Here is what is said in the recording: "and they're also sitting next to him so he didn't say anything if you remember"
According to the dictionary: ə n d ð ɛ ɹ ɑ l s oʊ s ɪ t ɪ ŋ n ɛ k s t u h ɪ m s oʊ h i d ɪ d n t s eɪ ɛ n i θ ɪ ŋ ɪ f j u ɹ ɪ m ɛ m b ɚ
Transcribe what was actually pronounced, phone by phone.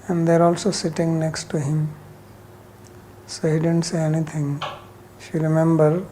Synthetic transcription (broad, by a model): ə n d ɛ ɹ ɑ l s oʊ s ɪ t ɪ ŋ n ɛ k s t u h ɪ m s oʊ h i d ɪ d n t s eɪ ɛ n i t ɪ ŋ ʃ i ɹ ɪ m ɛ m b ɚ